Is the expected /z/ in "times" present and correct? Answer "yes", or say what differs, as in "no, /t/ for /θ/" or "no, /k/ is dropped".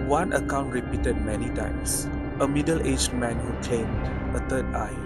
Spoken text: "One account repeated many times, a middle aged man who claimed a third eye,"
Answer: no, /s/ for /z/